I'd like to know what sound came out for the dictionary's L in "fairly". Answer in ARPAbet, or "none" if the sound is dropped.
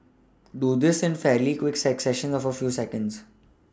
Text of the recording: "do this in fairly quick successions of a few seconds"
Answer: L